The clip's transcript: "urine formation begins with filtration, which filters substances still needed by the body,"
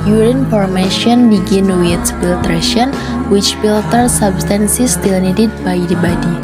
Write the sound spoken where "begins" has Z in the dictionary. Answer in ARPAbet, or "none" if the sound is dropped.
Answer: none